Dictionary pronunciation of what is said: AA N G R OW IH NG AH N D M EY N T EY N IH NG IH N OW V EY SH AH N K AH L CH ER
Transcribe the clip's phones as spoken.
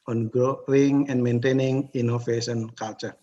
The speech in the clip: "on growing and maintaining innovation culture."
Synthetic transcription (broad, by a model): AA N G OW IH NG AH N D M EY N T EY N IH NG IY N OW F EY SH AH N K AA L CH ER